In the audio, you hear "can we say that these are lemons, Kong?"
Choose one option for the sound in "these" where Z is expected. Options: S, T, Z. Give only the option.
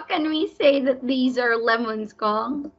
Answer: Z